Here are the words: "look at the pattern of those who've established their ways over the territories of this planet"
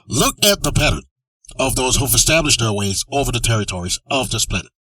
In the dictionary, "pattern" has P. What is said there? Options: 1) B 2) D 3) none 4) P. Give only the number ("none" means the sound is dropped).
4